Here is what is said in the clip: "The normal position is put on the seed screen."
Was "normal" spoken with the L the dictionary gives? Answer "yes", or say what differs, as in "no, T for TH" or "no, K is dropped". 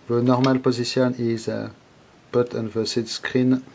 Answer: yes